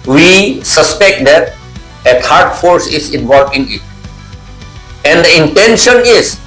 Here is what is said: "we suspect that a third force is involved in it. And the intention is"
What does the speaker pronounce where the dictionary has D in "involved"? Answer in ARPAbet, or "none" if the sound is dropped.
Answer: none